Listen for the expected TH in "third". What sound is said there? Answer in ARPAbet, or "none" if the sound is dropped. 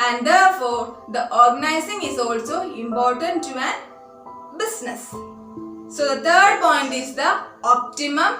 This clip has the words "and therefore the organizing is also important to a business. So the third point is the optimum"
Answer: T